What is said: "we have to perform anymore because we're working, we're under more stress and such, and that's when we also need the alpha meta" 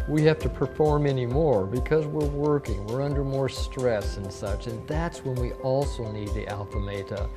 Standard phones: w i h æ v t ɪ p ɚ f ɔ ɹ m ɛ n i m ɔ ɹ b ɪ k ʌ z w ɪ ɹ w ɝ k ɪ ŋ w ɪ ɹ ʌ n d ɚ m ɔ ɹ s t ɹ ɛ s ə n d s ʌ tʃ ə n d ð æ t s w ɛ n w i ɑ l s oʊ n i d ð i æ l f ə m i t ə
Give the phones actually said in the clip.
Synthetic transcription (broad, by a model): w i h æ f t ɪ p ɚ f ɔ ɹ m ɛ n i m ɔ ɹ b ɪ k ʌ z w ɪ ɹ w ɝ k ɪ ŋ w ɪ ɹ ʌ n d ɚ m ɔ ɹ s t ɹ ɛ s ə n s ʌ tʃ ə n ð æ t s w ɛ n w i ɑ l s oʊ n i d ð i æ l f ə m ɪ t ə